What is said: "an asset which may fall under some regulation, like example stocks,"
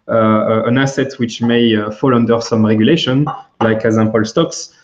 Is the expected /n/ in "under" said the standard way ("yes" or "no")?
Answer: yes